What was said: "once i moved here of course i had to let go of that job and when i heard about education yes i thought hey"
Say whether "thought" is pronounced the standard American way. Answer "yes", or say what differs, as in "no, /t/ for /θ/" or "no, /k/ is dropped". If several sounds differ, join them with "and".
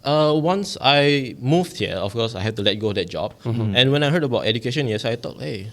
no, /t/ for /θ/